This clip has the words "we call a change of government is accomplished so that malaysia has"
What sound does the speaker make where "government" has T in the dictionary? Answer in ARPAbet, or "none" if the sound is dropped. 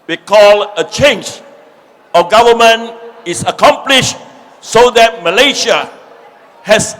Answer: none